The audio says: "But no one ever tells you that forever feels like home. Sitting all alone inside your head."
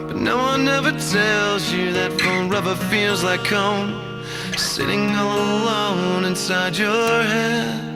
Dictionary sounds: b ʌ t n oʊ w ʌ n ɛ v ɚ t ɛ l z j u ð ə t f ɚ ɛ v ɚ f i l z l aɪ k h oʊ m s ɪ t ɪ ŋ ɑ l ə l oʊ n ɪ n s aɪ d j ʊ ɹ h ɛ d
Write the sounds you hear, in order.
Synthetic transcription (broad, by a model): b ʌ t n oʊ w ʌ n ɛ v ɚ t ɛ l z j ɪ ð ə t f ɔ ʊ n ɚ f i l z l aɪ k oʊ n s ɪ t ɪ ŋ ə l oʊ n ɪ n s aɪ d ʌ ɹ h ɛ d